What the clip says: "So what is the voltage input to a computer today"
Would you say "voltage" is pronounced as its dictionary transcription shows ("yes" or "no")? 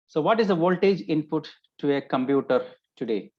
yes